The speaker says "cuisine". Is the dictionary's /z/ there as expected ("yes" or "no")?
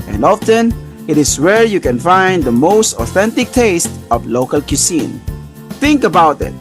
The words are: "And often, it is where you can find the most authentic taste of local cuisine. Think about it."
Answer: no